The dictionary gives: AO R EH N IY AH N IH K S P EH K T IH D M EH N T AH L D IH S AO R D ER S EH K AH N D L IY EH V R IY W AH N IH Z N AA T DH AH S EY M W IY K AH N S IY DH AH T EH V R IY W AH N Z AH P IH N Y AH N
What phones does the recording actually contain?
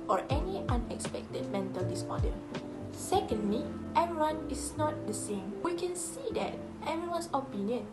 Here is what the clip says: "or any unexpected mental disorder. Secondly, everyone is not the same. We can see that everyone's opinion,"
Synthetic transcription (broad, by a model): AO R EH N IY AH N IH K S P EH K T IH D M EH N T AH L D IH S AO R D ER S EH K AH N D L IY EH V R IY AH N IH S N AA T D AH S EY M W IY K AH N S IY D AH T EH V IY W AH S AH P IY N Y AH N